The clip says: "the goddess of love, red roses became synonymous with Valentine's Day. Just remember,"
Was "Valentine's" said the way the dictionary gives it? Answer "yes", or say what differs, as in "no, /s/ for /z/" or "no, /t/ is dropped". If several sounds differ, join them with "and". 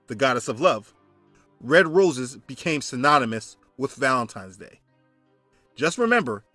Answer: yes